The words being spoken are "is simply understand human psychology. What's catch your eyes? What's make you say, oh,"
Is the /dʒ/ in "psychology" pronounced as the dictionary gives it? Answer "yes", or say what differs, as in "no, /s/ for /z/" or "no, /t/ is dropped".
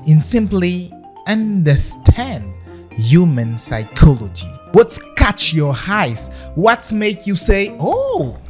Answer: yes